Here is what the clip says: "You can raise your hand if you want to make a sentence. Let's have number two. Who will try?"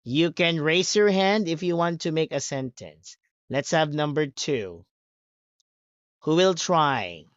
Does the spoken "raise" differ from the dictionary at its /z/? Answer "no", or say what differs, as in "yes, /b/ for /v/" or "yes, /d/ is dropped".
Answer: yes, /s/ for /z/